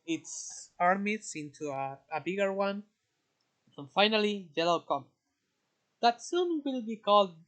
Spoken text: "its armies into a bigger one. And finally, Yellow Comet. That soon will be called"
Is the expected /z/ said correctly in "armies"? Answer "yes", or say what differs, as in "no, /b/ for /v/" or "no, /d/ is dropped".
no, /s/ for /z/